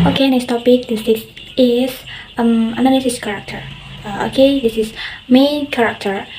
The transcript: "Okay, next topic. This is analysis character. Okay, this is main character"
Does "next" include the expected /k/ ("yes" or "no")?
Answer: no